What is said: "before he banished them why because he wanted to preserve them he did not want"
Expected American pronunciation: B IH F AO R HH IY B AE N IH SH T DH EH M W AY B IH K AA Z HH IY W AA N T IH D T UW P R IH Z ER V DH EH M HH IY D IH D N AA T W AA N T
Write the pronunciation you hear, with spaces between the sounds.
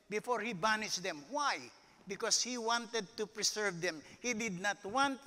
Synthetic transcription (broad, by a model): B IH F AO R HH IY B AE N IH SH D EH M W AY B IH K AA S HH IY W AA N T IH D T UW P R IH S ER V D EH M HH IY D IH D N AA T W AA N T